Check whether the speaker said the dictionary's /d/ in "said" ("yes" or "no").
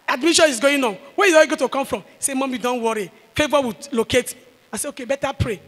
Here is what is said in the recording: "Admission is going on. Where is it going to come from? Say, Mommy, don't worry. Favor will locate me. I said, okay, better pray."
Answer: no